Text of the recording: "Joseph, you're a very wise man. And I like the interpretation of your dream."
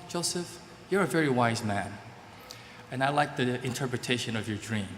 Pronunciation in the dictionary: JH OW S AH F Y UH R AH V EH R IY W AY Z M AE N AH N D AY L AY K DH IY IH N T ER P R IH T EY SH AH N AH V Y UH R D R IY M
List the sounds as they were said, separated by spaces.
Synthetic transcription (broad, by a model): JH OW S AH F Y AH R AH V EH R IY W AY Z M AE N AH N AY L AY K DH IY IH N T ER P R IH T EY SH AH N AH V Y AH R D R IY M